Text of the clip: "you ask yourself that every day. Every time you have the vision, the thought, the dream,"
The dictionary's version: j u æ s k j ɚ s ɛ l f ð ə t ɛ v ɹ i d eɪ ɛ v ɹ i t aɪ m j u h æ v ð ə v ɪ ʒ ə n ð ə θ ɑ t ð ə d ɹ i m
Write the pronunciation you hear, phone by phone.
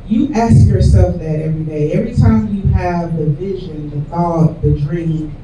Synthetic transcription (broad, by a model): j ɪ æ s k j ɚ s ɛ l f ð ə t ɛ v ɹ i d eɪ ɛ v ɹ i t aɪ m j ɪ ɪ v ð ə v ɪ ʒ ə n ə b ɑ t ð ə d ɹ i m